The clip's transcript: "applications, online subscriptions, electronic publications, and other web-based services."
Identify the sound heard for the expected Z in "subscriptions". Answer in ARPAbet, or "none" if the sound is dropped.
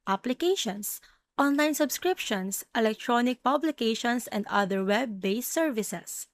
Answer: S